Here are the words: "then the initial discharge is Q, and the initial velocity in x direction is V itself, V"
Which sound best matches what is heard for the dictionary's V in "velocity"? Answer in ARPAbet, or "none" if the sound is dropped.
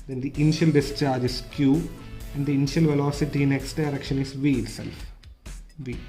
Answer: V